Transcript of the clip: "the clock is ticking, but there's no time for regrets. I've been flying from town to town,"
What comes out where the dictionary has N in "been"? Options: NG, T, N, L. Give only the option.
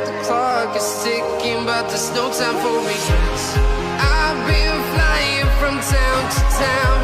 L